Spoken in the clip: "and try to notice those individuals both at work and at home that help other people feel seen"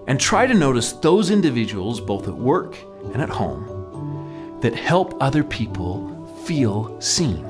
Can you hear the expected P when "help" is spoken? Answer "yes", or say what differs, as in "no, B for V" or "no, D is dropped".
yes